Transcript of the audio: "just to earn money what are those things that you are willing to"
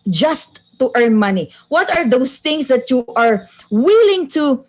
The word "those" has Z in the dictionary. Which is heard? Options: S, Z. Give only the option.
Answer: S